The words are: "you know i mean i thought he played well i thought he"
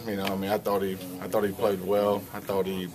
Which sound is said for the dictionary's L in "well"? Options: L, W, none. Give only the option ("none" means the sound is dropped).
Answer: L